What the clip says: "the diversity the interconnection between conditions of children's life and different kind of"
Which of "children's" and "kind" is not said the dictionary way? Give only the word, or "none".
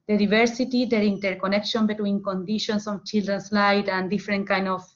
children's